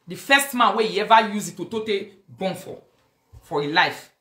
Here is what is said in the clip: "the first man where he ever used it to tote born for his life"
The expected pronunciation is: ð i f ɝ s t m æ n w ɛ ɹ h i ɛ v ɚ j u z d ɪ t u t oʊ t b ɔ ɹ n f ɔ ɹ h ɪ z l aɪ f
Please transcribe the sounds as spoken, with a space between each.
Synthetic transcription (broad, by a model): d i f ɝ s t m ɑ n w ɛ h i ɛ v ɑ j u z ɪ t u t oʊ t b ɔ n f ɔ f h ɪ l aɪ f